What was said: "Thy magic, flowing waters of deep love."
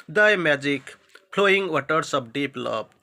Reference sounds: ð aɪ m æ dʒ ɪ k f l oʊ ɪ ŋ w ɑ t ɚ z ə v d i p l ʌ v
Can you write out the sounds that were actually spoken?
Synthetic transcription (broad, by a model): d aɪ m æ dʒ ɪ k p l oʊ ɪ ŋ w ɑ t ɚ s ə b d i p l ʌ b